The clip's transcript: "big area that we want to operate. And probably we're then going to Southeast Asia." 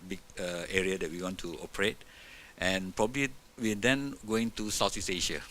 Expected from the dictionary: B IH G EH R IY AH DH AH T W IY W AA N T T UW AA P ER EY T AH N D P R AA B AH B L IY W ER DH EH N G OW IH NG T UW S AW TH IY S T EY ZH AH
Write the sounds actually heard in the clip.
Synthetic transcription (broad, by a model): B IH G EH R IY AH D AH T W IY W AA N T T UW AA P ER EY T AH N P R AA B AH B L IY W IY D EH N G OW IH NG T UW S AW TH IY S EY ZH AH